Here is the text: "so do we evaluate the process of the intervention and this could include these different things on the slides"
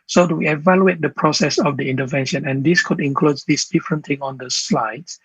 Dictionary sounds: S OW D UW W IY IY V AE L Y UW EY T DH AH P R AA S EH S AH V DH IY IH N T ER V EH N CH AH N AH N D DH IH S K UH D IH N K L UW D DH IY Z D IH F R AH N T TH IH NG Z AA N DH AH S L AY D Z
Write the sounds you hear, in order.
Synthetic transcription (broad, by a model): S OW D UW W IY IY V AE L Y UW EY T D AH P R AA S EH S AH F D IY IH N T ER V EH N SH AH N AH N D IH S K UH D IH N K L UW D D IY S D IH F R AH N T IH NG AA N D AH S L AY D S